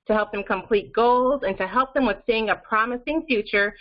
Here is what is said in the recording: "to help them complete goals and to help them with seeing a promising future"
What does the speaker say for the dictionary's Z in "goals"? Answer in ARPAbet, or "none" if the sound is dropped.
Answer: Z